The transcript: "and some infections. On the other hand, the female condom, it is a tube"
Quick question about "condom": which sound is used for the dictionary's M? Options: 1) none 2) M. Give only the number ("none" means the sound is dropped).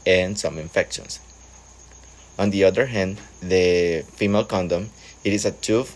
2